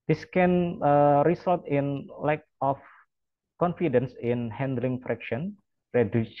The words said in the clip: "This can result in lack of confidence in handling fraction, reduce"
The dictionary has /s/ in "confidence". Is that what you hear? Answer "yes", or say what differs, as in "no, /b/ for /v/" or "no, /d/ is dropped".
yes